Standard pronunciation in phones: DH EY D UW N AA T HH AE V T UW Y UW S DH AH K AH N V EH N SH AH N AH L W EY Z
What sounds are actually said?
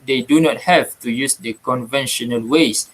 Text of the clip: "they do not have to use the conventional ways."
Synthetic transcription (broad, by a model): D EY D UW N AA T HH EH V T UW Y UW S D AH K AH N V EH N SH AH N AH L W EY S